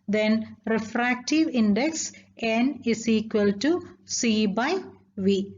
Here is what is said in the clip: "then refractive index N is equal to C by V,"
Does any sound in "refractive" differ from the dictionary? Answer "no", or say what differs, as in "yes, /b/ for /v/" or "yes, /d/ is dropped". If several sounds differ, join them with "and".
no